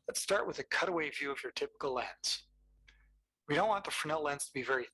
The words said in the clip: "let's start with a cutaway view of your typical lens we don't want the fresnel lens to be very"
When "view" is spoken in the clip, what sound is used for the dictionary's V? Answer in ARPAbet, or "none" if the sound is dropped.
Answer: V